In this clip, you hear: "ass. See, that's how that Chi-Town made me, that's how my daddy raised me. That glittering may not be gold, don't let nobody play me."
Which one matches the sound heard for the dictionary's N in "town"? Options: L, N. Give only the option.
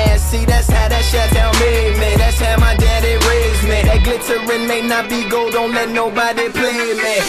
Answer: L